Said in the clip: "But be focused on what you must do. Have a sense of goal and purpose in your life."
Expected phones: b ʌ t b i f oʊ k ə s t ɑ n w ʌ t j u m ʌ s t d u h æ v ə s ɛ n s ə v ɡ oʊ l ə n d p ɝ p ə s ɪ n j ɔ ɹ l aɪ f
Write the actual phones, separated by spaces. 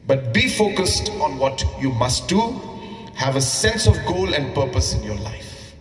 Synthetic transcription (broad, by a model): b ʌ t b i f oʊ k ə s t ɑ n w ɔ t j u m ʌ s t d u h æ v ə s ɛ n s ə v ɡ oʊ l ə n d p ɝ p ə s ɪ n j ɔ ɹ l aɪ f